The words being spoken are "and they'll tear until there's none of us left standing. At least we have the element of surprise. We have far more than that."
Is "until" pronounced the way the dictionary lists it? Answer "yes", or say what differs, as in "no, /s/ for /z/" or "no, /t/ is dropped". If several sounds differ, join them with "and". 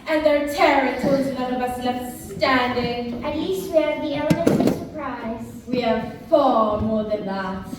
no, /n/ is dropped